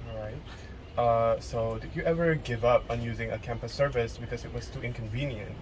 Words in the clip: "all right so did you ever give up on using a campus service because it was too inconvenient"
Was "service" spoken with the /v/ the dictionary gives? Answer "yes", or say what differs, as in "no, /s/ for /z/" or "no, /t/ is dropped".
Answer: yes